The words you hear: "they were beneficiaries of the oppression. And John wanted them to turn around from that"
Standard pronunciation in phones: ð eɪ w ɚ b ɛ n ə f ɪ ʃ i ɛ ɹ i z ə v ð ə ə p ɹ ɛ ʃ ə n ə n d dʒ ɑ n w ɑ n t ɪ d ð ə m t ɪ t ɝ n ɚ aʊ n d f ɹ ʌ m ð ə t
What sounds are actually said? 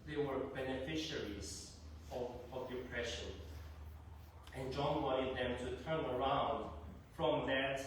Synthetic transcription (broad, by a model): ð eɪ w ɚ b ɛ n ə f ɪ ʃ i ɹ i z ə v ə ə p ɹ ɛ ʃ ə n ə n dʒ ɑ n w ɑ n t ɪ d ð ə m t ɪ t ɝ n ɚ aʊ n d f ɹ ʌ m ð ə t